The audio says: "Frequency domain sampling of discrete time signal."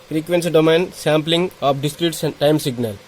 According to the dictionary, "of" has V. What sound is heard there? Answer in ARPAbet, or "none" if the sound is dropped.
P